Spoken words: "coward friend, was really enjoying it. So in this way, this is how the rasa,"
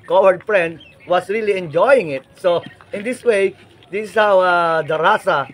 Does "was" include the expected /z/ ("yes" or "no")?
no